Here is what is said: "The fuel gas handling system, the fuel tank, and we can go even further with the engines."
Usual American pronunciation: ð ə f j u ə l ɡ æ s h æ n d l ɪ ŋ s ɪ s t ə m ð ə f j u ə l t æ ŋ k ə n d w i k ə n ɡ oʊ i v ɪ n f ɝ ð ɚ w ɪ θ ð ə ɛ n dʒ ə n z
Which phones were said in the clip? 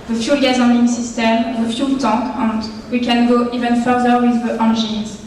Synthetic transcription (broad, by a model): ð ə f j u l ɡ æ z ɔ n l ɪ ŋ s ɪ s t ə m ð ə f j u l t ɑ k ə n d w i k ə n ɡ oʊ i v ɪ n f ɝ ð ɚ w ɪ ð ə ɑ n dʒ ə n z